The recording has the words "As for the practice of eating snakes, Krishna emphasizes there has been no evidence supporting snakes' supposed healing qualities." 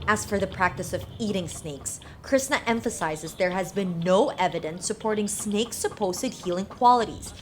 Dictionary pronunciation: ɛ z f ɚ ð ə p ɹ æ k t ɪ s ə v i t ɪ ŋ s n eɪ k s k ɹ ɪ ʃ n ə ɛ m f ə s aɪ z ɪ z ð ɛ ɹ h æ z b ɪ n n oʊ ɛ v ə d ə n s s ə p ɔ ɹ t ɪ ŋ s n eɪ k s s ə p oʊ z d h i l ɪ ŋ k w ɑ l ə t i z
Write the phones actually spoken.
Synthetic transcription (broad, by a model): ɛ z f ɚ ð ə p ɹ æ k t ɪ s ə v i t ɪ ŋ s n eɪ k s k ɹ ɪ s n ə ɛ m f ə s aɪ z ɪ z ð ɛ ɹ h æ z b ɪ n n oʊ ɛ v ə d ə n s s ə p ɔ ɹ t ɪ ŋ s n eɪ k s s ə p oʊ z d h i l ɪ ŋ k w ɑ l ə t i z